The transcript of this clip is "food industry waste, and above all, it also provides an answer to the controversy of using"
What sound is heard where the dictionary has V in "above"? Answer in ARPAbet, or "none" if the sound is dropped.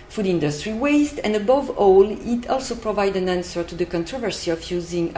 V